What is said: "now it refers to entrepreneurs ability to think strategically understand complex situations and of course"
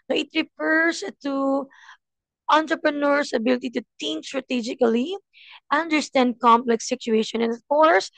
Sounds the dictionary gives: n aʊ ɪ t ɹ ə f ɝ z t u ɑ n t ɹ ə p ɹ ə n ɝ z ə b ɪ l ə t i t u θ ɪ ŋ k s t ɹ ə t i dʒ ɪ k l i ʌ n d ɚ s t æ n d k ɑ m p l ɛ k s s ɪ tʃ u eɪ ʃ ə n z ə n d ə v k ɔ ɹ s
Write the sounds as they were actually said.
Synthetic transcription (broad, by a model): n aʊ ɪ t ɹ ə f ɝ s t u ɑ n t ɹ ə p ɹ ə n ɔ s ə b ɪ l ə t i t u t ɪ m s t ɹ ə t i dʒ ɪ k l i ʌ n d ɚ s t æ n d k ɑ m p l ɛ k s s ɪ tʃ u eɪ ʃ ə n ə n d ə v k ɔ ɹ s